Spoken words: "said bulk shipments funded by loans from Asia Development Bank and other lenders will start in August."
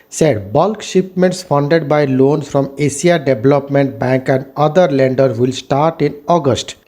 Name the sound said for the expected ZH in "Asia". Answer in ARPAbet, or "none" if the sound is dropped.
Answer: S